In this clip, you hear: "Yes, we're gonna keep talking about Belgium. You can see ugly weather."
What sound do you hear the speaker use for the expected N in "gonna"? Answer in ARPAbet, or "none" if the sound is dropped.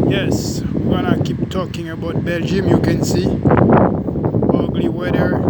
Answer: none